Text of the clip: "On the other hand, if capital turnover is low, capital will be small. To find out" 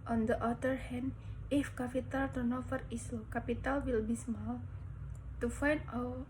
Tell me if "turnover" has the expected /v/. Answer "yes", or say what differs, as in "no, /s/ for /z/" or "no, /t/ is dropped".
no, /f/ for /v/